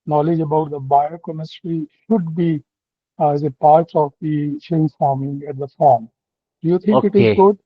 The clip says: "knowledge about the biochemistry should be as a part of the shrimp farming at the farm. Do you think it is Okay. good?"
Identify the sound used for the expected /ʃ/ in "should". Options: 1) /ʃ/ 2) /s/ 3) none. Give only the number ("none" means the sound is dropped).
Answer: 1